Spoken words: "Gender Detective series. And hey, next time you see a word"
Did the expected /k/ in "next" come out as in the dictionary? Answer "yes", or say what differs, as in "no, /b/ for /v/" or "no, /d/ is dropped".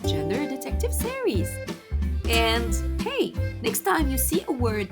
yes